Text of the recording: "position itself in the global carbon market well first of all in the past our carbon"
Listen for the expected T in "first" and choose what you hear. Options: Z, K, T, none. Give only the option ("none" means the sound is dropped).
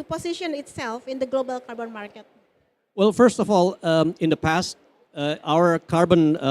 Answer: T